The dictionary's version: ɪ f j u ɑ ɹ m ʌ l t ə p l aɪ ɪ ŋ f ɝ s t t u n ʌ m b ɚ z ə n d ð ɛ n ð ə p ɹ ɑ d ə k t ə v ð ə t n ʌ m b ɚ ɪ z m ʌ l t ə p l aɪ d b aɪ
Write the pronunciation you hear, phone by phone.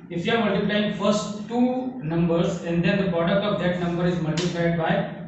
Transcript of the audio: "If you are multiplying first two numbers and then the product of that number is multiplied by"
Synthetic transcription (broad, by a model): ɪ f j u ɑ ɹ m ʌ l t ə p l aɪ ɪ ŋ f ɝ s t t u n ʌ m b ɚ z ə n d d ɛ n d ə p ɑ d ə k ə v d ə t n ʌ m b ɚ ɪ z m ʌ l t ə p l aɪ d b aɪ